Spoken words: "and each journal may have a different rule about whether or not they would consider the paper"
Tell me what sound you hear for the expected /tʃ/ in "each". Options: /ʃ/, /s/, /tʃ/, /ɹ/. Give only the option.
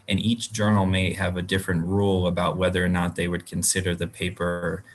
/tʃ/